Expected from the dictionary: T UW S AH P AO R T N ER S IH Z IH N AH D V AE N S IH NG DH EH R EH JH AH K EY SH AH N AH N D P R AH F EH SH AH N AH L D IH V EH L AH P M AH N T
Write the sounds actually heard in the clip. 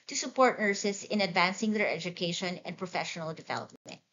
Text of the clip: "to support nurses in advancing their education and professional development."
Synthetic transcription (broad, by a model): T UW S AH P AO R T N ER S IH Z IH N AH D V AE N S IH NG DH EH R EH JH AH K EY SH AH N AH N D P R AH F EH SH AH N AH L D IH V EH L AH P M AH N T